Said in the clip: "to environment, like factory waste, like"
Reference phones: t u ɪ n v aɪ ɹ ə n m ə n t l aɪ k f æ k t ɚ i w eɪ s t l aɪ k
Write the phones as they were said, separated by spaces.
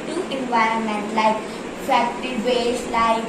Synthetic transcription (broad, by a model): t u ɪ n v aɪ ɹ ə n m ə n t l aɪ k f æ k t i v eɪ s l aɪ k